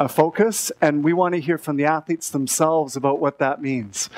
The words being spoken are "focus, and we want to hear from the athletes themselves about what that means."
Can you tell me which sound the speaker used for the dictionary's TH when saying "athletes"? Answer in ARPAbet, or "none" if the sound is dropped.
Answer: TH